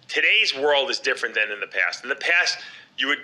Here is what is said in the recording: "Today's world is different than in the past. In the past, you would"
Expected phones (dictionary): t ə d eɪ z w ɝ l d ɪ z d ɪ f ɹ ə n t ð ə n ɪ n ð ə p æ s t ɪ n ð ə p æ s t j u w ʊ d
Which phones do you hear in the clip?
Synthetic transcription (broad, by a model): t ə d eɪ z w ɝ l d ɪ z d ɪ f ɹ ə n ð ə n ɪ n ð ə p æ s t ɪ n ð ə p æ s t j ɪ w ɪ d